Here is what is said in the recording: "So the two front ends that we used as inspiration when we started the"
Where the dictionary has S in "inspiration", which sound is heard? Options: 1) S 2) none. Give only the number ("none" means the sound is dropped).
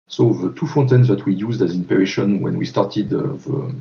2